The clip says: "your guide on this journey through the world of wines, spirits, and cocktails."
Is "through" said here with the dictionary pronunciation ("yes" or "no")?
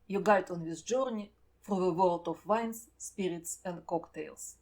no